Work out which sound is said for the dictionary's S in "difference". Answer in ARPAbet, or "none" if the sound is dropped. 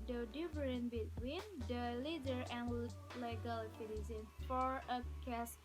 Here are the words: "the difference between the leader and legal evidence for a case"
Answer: none